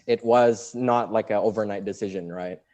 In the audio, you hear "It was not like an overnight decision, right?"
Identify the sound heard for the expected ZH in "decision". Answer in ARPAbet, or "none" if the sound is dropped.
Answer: ZH